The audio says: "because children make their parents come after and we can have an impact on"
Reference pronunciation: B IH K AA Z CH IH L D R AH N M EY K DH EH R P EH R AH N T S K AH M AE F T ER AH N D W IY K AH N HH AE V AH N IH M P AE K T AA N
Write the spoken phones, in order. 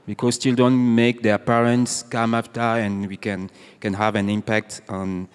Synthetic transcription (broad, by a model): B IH K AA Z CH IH L D AH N M EY K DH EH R P EH R AH N T S K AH M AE F T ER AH N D W IY K AH N HH AE V AH N IH M P AE K T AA N